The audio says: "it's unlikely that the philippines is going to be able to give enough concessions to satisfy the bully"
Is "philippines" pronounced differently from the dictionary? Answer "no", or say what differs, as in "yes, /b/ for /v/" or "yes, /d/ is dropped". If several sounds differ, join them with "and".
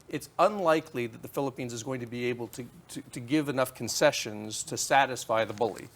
no